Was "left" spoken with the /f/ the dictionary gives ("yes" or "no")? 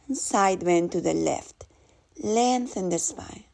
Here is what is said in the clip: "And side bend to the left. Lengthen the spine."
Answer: yes